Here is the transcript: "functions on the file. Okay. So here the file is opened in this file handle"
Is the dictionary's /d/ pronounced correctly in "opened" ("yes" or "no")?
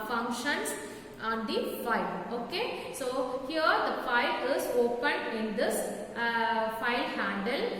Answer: no